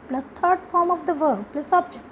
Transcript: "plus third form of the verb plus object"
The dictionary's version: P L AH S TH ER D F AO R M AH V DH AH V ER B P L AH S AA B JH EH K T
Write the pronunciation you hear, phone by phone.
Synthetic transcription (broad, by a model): P L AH S T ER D F AO R M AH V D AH V ER B P L AH S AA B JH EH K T